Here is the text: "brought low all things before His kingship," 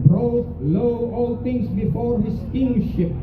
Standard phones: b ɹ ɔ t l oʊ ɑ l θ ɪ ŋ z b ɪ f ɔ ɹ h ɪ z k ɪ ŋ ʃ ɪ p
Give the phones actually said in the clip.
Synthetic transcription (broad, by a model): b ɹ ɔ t l oʊ ɑ l t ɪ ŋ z b ɪ f ɔ ɹ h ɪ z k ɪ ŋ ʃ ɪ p